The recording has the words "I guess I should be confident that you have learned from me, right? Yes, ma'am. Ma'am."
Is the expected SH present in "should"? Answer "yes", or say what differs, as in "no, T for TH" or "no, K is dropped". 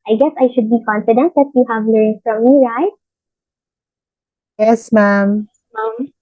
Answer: yes